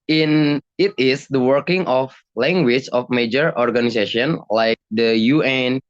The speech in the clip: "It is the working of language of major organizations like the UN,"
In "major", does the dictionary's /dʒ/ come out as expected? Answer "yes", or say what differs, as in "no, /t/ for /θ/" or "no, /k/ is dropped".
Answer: yes